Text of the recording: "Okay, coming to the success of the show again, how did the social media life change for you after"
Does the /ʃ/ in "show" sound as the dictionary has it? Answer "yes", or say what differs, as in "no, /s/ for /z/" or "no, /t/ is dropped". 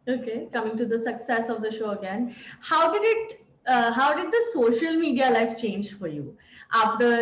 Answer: yes